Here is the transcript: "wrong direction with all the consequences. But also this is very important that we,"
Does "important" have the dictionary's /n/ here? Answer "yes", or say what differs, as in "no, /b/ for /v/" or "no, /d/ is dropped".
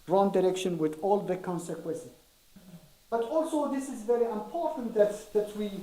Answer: no, /n/ is dropped